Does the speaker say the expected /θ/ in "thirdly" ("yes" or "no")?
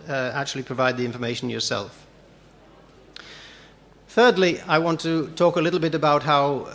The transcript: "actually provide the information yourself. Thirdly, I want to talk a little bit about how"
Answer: yes